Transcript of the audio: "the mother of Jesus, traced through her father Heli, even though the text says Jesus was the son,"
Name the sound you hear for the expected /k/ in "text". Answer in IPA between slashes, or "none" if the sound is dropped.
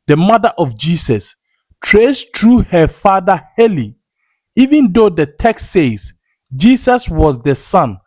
/k/